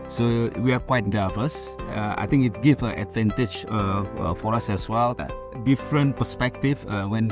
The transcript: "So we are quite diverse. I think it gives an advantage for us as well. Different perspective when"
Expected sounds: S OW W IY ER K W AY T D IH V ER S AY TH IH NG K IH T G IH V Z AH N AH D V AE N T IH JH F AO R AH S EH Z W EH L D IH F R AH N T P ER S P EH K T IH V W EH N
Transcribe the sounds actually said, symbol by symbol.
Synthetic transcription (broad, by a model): S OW W IY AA K W AY T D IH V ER S AY T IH NG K IH T G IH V AH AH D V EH N T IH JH F AO R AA S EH S W EH L D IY F R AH N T P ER S P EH K T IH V W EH N